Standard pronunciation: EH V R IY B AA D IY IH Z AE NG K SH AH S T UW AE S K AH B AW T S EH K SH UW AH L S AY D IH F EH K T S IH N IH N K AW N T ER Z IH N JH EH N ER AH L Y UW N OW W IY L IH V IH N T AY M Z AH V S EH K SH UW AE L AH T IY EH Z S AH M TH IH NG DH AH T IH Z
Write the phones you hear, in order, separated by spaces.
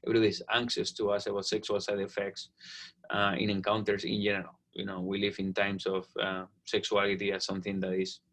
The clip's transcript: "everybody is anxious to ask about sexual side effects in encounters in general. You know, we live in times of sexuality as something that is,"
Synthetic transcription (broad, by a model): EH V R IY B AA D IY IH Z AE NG K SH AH S T UW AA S AH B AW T S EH K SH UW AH L S AY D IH F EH K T S IH N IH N K AW N T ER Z IH N JH EH N ER AH L Y UW N OW W IY L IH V IH N T AY M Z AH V S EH K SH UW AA L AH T IY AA S AH M TH IH NG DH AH T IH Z